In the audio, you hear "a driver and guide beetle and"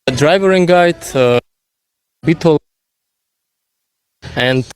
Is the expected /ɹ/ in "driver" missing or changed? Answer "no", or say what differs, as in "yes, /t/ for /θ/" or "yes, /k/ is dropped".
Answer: no